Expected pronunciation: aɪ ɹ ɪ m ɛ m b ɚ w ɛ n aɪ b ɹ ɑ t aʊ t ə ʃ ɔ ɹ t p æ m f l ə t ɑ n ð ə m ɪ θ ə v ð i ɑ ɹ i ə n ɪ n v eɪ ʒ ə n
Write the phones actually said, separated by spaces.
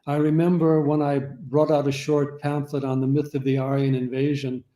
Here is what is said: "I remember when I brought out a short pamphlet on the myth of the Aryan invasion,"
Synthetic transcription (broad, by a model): aɪ ɹ ɪ m ɛ m b ɚ w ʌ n aɪ b ɹ ɑ t aʊ t ə ʃ ɔ ɹ t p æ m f l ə t n ð ə m ɪ θ ə v ð i ɑ ɹ i ə n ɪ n v eɪ ʒ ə n